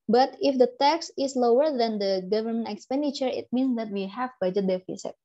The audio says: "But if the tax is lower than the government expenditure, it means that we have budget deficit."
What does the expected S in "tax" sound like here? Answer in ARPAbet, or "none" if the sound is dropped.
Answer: S